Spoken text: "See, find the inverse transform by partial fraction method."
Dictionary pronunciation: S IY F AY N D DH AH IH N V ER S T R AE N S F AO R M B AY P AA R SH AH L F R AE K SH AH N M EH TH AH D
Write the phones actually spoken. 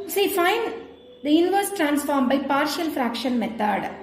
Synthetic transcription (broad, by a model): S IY F AY N D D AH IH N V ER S T R AE N S F AO R M B AY P AA R SH AH L F R AE K SH AH N M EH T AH D